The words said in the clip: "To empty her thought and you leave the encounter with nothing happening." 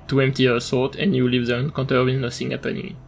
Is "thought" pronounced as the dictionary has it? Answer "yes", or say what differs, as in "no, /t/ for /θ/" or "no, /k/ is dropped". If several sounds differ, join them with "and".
no, /s/ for /θ/